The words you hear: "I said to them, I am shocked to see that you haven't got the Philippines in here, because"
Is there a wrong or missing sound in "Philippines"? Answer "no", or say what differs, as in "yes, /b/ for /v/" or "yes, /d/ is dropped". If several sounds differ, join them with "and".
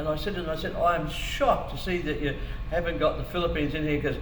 no